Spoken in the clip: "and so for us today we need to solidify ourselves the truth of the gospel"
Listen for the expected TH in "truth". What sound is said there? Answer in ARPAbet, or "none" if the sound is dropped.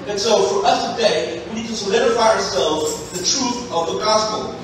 TH